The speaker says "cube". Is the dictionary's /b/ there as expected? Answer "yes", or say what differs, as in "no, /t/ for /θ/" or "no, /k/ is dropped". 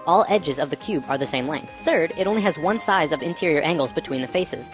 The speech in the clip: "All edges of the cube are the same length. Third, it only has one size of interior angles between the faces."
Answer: yes